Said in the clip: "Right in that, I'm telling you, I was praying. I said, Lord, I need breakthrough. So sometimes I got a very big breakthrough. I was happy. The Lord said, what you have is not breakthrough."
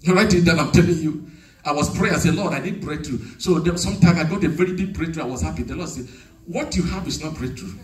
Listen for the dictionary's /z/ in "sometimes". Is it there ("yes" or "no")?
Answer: no